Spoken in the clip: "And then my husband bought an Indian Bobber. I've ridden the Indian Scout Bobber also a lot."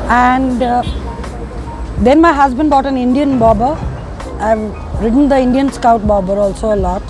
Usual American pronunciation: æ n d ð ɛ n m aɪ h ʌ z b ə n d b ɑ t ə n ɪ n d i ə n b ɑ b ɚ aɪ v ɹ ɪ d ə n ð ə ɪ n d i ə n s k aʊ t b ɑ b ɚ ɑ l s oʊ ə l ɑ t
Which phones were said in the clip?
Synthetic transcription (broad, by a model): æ n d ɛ n m aɪ h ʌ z b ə n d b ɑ t ə n ɪ n d i ə n b ɑ b ɚ aɪ v ɹ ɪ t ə n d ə ɪ n d i ə n s k aʊ t b ɑ b ɚ ɑ l s oʊ ə l ɑ t